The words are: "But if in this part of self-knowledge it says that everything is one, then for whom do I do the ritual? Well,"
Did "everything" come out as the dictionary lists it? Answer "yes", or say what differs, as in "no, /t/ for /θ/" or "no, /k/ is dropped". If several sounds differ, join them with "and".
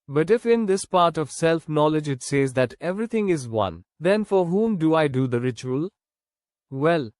no, /t/ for /θ/